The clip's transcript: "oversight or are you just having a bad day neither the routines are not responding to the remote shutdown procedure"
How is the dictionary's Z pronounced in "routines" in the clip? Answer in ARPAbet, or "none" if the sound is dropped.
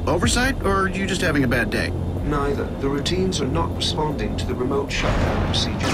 Z